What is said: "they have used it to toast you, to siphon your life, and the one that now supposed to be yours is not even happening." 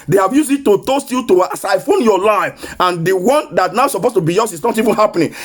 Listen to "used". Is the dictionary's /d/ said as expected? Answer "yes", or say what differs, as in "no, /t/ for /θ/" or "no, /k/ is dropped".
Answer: no, /d/ is dropped